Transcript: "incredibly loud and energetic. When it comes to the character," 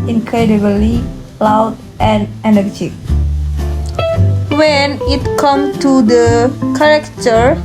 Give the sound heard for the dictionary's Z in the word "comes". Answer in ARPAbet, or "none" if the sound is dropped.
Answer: none